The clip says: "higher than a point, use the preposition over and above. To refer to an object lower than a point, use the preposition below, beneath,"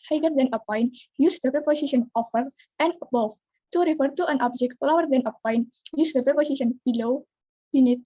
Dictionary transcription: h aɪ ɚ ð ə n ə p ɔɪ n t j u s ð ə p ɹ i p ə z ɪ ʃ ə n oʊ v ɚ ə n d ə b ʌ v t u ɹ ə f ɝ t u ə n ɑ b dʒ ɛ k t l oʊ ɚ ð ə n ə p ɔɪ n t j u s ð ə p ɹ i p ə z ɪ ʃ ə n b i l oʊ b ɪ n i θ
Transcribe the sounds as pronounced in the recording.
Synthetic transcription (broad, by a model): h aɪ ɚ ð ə n ə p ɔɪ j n j u s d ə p ɹ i p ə s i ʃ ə n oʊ f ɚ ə n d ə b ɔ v t u ɹ ə f ɝ t u ə n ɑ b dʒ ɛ k t l oʊ ɚ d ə n ə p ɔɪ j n j u s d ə p ɹ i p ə s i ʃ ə n b i l oʊ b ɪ n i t